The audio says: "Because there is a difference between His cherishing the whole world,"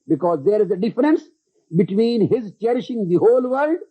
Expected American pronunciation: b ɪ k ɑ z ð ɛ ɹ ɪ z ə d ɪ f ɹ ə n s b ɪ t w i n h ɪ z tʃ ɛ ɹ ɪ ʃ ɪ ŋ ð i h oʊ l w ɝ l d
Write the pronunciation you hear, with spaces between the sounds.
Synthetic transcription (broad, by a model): b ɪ k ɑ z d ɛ ɹ ɪ z ə d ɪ f ɹ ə n s b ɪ t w i n h ɪ z tʃ ɛ ɹ ɪ ʃ ɪ ŋ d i h oʊ l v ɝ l d